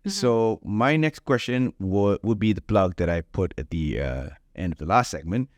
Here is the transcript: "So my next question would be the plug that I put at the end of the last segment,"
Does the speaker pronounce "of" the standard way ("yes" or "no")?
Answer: yes